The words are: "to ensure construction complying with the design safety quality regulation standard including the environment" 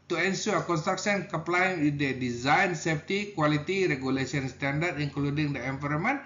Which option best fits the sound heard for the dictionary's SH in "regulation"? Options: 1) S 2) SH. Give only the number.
1